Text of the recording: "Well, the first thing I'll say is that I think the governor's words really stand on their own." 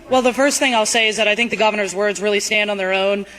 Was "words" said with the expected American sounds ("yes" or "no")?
yes